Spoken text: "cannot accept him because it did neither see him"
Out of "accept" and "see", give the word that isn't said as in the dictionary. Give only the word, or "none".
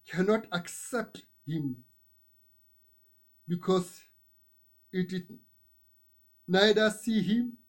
none